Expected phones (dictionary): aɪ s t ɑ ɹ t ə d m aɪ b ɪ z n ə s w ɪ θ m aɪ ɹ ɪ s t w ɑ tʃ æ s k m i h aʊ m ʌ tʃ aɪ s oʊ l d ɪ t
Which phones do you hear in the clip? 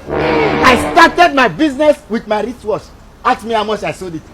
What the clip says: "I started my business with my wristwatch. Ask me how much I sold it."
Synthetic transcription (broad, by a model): aɪ s t ɑ t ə d m aɪ b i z n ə s w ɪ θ m aɪ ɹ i t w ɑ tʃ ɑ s m i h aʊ m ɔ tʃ aɪ s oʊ d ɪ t